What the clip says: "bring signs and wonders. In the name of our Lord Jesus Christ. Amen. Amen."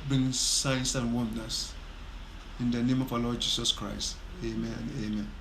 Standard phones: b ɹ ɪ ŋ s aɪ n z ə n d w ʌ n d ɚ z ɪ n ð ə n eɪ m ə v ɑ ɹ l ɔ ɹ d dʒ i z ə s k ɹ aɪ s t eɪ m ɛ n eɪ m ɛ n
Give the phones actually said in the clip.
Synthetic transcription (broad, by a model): b ɹ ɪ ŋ s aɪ n s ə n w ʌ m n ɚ s ɪ n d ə n eɪ m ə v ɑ l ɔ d dʒ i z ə s k ɹ aɪ s t eɪ m ɛ n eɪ m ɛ n